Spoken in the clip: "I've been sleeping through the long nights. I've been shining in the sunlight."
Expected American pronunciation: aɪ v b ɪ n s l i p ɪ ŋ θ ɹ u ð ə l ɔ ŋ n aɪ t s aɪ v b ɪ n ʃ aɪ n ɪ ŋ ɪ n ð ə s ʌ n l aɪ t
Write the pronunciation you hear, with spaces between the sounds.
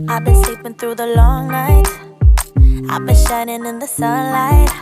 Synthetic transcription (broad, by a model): aɪ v b ɪ n s l i p ɪ ŋ θ ɹ u ð ə l ɔ ŋ n aɪ t aɪ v b ɪ n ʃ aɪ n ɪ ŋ ɪ n ð ə s ʌ n l aɪ t